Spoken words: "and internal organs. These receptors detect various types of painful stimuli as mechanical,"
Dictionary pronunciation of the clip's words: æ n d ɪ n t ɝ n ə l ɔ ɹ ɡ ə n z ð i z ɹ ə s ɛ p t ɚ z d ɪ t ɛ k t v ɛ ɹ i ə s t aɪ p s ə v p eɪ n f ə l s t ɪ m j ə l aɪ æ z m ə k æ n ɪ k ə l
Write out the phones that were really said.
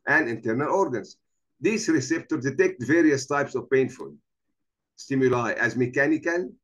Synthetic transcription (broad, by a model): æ n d ɪ n t ɝ n ə l ɔ ɹ ɡ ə n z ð i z ɹ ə s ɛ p t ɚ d d ɪ t ɛ k t v ɛ ɹ i ə s t aɪ p s ə v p eɪ n f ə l s t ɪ m j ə l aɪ æ z m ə k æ n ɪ k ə l